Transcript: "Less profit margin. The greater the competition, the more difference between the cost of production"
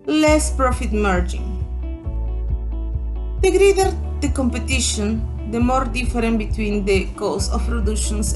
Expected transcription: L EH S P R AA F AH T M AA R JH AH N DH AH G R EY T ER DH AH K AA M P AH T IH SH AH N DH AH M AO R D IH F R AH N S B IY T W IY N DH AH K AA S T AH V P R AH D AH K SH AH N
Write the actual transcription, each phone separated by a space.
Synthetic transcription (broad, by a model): L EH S P R AA F AH T M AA R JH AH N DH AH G R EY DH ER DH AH K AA M P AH T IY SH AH N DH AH M AO R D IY F R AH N B IY T W IY N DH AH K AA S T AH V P R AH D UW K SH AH N